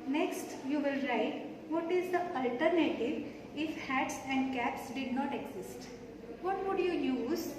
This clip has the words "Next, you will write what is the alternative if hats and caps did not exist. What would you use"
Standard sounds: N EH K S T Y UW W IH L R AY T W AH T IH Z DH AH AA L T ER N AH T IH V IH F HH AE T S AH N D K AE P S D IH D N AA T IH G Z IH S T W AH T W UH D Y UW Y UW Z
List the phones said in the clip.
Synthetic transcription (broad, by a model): N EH K S T Y UW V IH L R AY T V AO T IH Z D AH AA L T ER N AH T IH V IH F HH AE T S AH N D K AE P S D IH D N AA T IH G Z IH S T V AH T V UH D Y UW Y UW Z